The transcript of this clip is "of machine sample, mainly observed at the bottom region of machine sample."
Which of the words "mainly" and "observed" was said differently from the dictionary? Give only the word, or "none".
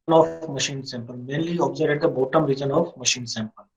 observed